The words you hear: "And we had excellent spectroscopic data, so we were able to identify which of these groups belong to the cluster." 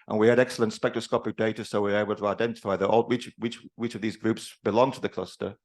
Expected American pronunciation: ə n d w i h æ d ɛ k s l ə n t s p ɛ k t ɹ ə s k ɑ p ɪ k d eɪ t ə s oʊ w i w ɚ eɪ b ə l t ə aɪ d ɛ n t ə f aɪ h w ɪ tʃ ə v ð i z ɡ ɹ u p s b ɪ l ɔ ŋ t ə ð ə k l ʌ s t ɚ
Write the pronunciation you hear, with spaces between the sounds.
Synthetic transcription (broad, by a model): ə n w i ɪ d ɛ k s l ə n t s p ɛ k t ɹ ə s k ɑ p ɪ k d eɪ t ə s oʊ w i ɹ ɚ eɪ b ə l t ə aɪ d ɛ n t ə f aɪ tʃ w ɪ tʃ ə v ð i z ɡ ɹ u p s b ɪ l ɔ ŋ t ə ð ə k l ʌ s t ɚ